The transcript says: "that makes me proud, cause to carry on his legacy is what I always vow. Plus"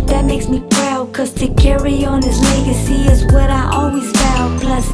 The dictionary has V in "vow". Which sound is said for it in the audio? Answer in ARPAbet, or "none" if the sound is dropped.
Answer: B